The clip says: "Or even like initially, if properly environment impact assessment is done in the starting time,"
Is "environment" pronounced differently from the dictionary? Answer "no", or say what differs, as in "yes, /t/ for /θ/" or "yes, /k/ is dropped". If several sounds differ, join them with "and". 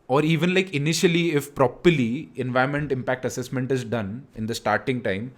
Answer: yes, /ɹ/ is dropped